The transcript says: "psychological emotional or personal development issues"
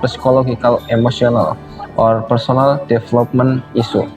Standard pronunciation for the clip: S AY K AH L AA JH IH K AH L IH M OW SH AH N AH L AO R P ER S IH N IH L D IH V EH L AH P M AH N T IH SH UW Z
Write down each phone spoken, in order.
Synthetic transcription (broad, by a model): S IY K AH L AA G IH K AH L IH M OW S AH N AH L AO R P ER S IH N IH L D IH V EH L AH P M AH N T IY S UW